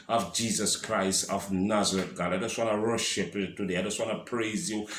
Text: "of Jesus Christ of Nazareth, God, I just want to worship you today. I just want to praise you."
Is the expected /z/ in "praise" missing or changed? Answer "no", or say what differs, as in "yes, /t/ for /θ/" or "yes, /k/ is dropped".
no